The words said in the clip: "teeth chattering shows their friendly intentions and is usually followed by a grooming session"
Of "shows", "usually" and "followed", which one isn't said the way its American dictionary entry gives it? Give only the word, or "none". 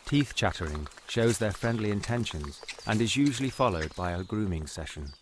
none